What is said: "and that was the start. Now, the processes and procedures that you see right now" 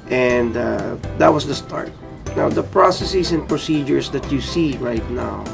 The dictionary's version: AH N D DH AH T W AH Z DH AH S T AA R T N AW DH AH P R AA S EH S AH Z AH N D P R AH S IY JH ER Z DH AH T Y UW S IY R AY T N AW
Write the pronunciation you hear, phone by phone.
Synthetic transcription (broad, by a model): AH N D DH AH T W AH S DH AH S T AA R T N AW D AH P R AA S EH S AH S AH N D P R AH S IY JH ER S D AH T Y UW S IY R AY T N AW